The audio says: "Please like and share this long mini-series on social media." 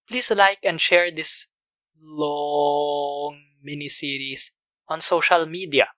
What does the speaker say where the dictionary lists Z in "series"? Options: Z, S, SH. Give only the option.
S